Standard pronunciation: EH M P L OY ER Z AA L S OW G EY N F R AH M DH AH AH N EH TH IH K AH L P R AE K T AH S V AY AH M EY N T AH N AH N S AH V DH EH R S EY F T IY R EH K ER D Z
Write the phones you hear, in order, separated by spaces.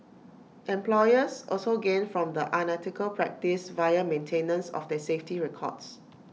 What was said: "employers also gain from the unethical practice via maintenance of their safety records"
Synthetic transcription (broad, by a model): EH M P L OY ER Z AA L S OW G EY N F R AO M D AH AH N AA T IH K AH L P R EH K T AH S V AY AH M EY N T AH N AH N S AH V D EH S EY F T IY R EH K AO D S